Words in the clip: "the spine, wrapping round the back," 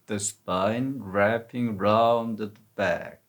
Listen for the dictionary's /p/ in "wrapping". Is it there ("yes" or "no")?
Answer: yes